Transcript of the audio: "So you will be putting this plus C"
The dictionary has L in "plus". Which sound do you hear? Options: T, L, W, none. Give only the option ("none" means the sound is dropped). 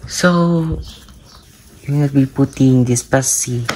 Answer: none